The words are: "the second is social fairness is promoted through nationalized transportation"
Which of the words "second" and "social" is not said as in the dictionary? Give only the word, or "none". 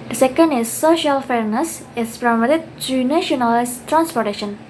none